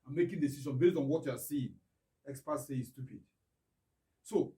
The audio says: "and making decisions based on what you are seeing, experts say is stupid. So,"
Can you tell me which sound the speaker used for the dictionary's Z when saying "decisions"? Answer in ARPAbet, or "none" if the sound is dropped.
none